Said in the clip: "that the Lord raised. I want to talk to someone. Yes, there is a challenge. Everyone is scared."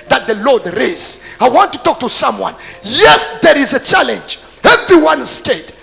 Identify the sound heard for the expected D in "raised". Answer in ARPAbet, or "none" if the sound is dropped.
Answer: none